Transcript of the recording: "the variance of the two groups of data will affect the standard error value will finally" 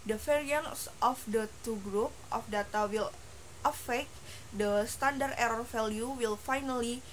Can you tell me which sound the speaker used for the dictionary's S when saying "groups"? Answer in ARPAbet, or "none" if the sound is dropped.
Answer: none